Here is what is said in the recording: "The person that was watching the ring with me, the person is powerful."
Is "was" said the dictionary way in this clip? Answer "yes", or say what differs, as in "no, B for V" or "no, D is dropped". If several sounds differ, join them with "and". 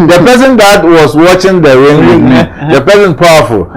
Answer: no, S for Z